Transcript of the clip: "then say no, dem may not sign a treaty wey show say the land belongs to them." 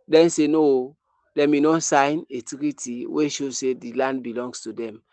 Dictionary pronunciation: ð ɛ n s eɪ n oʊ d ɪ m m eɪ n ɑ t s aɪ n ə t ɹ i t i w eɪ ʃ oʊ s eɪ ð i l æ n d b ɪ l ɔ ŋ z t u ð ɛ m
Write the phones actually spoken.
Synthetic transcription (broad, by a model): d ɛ n s eɪ n oʊ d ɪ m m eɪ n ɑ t s aɪ n ə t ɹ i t i w eɪ ʃ oʊ s eɪ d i l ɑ n d b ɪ l ɔ ŋ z t u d ɛ m